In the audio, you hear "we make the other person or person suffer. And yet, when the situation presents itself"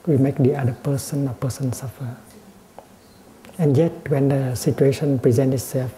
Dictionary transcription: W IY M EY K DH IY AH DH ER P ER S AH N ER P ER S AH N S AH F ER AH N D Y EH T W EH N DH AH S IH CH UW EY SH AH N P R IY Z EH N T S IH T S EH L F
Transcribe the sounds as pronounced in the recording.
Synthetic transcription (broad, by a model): W IY M EY K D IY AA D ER P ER S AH N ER P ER S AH N S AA F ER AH N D Y EH T W EH N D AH S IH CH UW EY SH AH N P R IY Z EH N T IH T S EH L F